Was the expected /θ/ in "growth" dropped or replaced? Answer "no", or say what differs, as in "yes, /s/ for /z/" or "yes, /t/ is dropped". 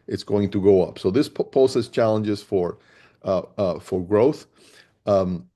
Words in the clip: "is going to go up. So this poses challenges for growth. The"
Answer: no